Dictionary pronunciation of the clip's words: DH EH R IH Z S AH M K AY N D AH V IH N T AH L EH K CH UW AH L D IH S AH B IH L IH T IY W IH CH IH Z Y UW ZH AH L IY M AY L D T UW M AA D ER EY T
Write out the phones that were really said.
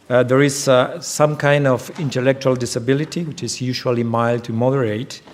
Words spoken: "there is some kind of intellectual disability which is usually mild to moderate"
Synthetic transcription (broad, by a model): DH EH R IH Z S AH M K AY N D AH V IH N T AH L EH K CH UW AH L D IH S AH B IH L IH T IY W IH CH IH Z Y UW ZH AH L IY M AY L D T UW M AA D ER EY T